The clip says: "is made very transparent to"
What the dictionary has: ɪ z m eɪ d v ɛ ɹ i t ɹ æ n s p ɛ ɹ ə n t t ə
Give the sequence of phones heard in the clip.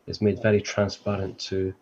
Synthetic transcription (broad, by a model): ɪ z m eɪ d v ɛ ɹ i t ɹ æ n s p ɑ ɹ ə n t t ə